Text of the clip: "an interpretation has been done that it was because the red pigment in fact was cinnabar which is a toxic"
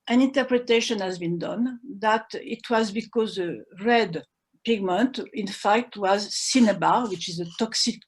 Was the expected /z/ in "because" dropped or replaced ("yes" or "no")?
no